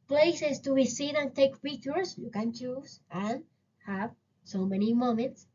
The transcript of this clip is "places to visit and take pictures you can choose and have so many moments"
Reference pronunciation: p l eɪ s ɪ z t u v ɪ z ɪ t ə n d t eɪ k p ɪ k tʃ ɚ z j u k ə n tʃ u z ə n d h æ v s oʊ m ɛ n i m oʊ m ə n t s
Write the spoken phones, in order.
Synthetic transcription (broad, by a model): p l eɪ s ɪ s t u b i s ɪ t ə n t eɪ k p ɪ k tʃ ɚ s j u k ə n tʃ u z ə n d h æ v s oʊ m ɛ n i m oʊ m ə n t s